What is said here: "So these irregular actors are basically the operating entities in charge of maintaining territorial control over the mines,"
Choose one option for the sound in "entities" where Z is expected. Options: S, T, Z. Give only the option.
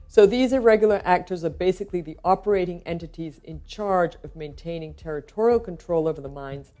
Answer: Z